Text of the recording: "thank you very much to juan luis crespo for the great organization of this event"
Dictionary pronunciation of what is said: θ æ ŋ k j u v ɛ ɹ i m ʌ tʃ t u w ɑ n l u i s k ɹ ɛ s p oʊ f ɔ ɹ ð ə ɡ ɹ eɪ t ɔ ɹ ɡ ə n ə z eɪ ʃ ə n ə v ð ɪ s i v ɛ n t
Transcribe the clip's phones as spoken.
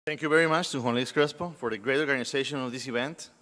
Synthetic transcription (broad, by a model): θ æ ŋ k j u v ɛ ɹ i m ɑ tʃ t u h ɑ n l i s k ɹ ɛ s p oʊ f ɔ ɹ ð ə ɡ ɹ eɪ t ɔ ɹ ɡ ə n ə s eɪ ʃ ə n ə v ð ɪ s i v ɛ n t